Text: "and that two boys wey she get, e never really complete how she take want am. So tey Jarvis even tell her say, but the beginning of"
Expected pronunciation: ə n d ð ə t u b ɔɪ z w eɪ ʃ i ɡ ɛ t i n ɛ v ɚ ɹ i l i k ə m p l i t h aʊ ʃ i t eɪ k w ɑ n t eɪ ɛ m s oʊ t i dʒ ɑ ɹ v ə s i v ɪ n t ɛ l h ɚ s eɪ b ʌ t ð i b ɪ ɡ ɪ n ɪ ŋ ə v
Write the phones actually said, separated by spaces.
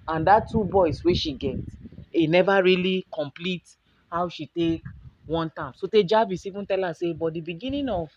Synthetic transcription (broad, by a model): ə n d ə t u b ɔɪ s w eɪ ʃ i ɡ ɛ t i n ɛ v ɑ ɹ i l i k ə m p l i t h aʊ ʃ i t eɪ k w ɑ n t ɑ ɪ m s oʊ t i dʒ ɑ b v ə s i v ɪ n t ɛ l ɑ s eɪ b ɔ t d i b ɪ ɡ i n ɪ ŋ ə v